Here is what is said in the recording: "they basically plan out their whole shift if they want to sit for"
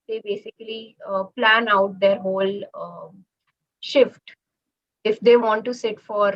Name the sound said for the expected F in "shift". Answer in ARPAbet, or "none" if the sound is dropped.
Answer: F